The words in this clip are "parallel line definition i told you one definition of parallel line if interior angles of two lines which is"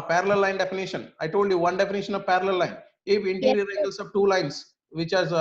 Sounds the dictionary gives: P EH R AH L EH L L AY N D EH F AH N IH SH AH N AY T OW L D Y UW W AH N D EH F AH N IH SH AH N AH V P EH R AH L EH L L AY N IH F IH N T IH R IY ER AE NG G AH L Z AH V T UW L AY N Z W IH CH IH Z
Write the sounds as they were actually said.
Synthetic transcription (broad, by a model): P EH R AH L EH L L AY N D EH F AH N IH SH AH N AY T OW L D Y UW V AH N D EH F AH N IH SH AH N AH V P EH R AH L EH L L AY N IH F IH N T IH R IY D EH G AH L S AH V T UW L AY N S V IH CH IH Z